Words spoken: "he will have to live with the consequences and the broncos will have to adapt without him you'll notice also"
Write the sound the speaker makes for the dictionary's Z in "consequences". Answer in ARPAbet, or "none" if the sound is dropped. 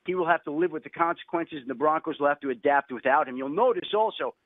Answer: Z